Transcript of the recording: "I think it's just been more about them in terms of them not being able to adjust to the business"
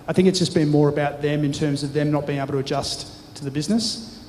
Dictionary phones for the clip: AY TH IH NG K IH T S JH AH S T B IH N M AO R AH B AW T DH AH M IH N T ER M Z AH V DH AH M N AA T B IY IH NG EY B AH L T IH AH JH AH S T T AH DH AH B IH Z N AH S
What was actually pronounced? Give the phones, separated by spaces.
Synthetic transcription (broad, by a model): AY TH IH NG K IH T S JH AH S B IH N M AO R AH B AW T DH AH M IH N T ER M Z AH V DH AH M N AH T B IY IH NG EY AH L T IH AH JH AH S T T AH DH AH B IH Z N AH S